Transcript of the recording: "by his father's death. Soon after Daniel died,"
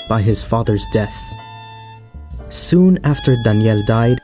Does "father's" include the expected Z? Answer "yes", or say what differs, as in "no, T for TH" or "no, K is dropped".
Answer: yes